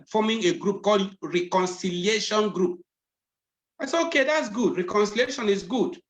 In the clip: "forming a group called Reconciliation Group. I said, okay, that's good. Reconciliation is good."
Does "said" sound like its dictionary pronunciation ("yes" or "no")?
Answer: no